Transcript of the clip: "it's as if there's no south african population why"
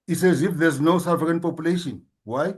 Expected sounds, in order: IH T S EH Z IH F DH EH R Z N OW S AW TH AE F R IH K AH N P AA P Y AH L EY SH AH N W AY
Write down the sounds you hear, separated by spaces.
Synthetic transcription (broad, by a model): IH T S EH Z IH F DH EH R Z N OW S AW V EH R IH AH N P AA P Y AH L EY SH AH N W AY